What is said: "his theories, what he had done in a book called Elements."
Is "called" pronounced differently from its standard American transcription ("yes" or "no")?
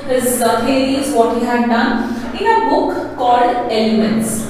yes